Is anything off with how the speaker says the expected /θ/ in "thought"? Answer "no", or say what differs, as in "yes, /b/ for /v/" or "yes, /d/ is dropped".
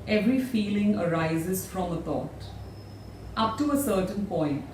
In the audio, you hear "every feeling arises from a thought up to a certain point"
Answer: yes, /t/ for /θ/